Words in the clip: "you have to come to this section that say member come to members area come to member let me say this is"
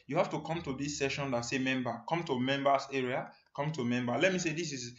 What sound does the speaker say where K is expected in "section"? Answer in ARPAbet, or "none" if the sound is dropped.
none